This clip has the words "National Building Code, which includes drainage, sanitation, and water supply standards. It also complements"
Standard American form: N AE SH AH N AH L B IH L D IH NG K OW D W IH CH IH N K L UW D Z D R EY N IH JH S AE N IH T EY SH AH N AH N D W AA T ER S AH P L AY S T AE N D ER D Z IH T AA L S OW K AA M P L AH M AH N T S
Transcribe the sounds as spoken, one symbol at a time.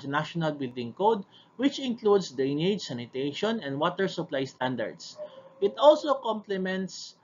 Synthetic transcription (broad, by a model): N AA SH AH N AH L B IH L D IH NG K OW D W IH CH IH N K L UW D S D EY N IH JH S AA N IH T EY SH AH N AH N D W AA T ER S AH P L AY S T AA N D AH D S IH T AA L S OW K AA M P L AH M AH N T S